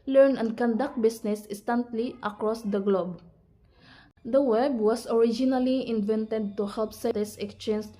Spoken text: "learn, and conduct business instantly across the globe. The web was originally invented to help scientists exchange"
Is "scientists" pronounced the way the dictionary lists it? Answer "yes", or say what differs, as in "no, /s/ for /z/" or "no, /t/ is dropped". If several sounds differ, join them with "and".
no, /n/ is dropped